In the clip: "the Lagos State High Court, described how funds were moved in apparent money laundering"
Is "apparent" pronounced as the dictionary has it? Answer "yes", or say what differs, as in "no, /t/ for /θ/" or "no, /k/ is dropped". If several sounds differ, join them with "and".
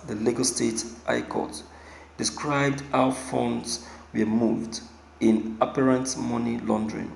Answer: yes